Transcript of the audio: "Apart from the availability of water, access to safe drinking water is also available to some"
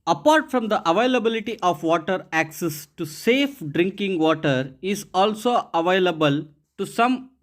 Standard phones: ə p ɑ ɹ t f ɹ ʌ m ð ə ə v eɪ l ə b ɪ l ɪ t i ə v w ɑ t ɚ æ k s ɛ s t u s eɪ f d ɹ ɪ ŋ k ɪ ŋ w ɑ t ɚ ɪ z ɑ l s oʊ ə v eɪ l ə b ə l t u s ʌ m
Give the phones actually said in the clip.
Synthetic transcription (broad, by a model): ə p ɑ ɹ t f ɹ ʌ m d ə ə v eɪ l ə b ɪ l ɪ t i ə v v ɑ t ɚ æ k s ɛ s t u s eɪ f d ɹ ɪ ŋ k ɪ ŋ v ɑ t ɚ ɪ z ɑ l s oʊ ə v eɪ l ə b ə l t u s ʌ m